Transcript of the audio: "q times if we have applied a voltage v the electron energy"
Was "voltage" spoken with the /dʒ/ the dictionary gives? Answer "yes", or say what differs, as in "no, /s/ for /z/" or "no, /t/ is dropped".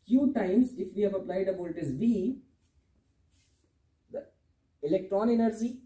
no, /z/ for /dʒ/